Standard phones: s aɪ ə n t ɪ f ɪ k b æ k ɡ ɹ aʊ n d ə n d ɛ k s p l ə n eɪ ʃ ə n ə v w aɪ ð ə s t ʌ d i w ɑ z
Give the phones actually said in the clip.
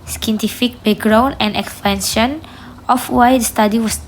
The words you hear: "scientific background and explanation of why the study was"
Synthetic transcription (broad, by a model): s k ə n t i f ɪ k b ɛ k ɡ ɹ aʊ n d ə n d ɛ k s p ə n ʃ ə n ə f w aɪ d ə s t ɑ d i w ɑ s